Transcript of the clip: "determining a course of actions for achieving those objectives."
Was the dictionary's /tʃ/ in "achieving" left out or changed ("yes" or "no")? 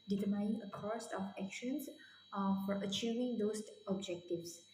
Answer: no